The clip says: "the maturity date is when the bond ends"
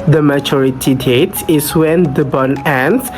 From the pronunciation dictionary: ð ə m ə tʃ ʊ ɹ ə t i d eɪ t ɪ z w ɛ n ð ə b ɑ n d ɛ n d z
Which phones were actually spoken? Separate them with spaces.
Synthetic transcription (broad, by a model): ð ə m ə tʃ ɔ ɹ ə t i d eɪ t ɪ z w ɛ n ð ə b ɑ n ɛ n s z